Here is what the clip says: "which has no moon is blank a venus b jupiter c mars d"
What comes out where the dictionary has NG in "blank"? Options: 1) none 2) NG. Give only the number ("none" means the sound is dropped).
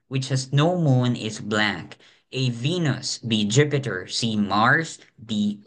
1